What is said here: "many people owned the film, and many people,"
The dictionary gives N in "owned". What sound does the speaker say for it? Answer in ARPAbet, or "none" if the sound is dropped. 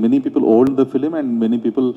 L